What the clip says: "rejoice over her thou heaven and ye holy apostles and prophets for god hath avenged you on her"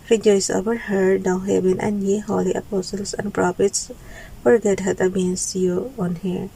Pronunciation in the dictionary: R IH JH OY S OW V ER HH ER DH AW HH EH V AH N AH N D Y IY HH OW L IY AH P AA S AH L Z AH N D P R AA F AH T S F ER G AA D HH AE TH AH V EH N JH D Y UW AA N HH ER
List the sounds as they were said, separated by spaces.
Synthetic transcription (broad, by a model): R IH JH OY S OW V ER HH ER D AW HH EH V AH N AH N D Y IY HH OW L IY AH P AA S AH L S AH N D P R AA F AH T S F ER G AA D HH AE T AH B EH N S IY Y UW AA N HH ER